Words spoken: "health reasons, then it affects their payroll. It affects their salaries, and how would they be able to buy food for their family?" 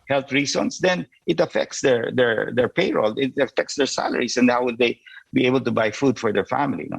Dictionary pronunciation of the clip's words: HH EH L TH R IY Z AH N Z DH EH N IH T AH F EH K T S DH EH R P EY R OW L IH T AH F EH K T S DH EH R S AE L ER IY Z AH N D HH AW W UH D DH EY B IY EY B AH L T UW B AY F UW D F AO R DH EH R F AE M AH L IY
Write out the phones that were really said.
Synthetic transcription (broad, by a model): HH EH L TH R IY S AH N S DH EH N IH T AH F EH K T S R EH R P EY R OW L IH T AH F EH K T S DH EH R S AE L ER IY S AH N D HH AW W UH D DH EY B IY EY B AH L T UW B AY F UW D F AO R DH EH R F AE M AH L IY